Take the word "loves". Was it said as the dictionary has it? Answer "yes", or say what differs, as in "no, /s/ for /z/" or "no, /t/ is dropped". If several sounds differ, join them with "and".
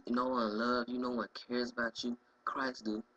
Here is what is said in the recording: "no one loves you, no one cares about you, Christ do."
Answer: no, /z/ is dropped